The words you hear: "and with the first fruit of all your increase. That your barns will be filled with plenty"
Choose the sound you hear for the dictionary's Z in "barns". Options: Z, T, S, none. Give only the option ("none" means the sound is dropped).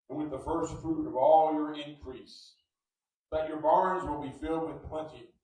Z